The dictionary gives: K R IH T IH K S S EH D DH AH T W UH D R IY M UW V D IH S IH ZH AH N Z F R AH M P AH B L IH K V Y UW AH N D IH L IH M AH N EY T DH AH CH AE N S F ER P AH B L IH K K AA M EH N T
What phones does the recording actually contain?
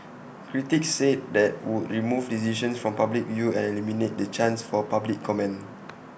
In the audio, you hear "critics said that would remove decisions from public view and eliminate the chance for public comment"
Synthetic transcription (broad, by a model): K R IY T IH K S S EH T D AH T W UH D R IY M UW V D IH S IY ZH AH N S F R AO M P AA B L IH K V Y UW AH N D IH L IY M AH N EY T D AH CH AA N S F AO P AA B L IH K K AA M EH N